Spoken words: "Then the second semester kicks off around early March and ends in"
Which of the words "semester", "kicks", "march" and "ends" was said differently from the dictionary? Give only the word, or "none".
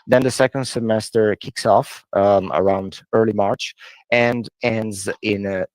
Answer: none